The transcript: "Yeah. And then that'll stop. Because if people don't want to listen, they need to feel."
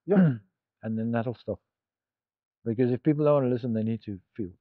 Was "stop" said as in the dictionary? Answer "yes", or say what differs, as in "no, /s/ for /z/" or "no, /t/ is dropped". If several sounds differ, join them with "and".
no, /f/ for /p/